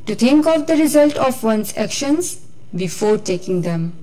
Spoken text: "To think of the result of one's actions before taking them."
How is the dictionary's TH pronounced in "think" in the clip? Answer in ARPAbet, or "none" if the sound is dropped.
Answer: T